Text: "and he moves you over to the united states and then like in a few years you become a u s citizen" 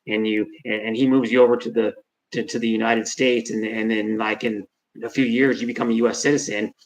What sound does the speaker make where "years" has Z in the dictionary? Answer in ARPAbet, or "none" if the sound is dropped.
Z